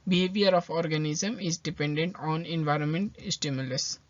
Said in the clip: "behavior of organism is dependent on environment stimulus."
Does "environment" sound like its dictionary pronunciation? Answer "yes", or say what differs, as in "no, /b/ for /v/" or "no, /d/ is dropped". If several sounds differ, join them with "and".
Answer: yes